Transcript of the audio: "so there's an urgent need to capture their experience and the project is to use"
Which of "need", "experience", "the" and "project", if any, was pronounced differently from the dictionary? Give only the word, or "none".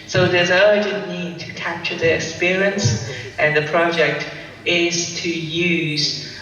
none